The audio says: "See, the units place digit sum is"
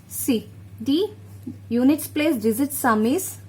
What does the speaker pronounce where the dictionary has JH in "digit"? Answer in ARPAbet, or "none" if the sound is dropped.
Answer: Z